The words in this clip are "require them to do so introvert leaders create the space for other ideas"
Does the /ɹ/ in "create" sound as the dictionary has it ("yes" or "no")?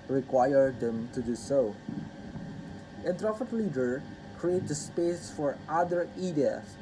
yes